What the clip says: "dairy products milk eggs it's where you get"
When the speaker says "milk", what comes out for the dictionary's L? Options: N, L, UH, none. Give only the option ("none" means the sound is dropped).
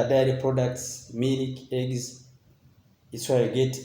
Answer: N